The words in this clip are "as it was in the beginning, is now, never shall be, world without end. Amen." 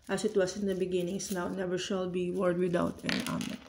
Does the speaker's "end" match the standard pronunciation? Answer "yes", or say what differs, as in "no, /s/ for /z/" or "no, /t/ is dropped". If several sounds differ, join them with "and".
no, /d/ is dropped